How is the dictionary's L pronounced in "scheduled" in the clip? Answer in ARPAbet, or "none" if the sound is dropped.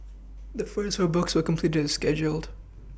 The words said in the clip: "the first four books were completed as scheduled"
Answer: L